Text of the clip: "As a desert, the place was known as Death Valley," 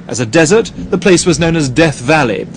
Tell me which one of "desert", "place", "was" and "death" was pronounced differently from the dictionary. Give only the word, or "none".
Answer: none